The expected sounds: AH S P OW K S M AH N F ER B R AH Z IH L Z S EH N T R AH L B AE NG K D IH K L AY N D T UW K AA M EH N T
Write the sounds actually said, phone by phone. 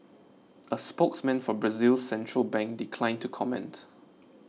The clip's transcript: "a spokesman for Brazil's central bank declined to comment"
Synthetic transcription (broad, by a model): AH S P OW K S M AH N F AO B R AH Z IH L S EH N T R AH L B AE NG K D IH K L AY N T UW K AA M EH N T